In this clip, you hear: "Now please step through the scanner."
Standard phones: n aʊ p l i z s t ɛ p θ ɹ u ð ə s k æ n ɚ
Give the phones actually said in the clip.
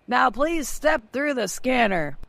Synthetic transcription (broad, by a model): n aʊ p l i z s t ɛ p θ ɹ u ð ə s k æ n ɚ